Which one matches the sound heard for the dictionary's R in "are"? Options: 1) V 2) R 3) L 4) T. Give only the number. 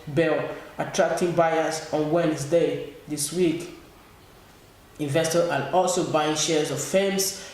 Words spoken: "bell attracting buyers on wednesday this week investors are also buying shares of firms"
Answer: 3